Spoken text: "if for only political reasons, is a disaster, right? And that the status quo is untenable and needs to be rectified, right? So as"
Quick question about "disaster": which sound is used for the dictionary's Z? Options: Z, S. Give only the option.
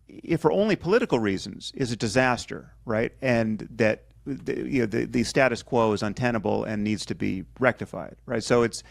Z